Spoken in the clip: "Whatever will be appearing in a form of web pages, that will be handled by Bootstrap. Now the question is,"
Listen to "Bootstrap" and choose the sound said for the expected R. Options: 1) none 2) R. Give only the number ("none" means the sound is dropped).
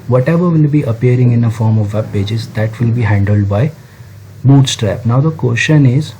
2